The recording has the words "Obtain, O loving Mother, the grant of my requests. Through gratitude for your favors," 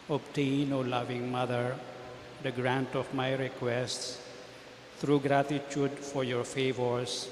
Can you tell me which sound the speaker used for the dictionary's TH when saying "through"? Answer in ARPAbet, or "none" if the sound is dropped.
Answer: T